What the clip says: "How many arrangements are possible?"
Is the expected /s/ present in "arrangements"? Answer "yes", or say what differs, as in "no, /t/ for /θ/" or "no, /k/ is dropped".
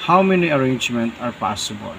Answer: no, /s/ is dropped